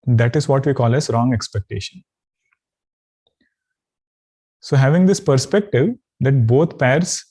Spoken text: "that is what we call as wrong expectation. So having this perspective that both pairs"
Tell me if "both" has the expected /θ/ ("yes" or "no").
no